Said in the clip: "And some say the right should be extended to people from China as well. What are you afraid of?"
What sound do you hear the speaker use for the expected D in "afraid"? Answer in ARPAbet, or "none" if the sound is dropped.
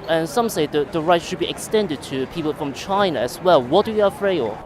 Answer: none